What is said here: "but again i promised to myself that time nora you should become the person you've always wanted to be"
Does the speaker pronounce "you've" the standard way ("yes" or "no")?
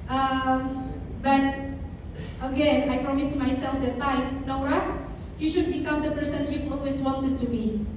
no